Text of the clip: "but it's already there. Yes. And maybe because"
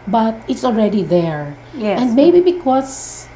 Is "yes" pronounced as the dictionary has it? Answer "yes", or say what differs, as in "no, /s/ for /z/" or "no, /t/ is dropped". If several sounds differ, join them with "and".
no, /s/ is dropped